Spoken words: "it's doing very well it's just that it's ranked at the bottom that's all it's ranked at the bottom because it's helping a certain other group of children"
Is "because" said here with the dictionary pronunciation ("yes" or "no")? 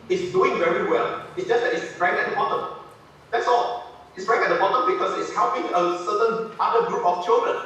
no